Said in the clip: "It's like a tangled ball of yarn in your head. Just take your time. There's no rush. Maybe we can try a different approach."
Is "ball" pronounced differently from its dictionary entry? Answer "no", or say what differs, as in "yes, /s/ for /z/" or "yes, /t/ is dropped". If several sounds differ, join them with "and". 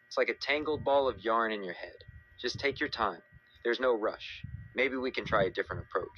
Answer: no